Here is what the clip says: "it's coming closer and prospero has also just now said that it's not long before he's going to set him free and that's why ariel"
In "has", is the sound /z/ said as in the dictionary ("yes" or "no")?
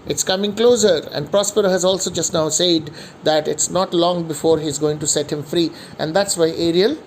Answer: yes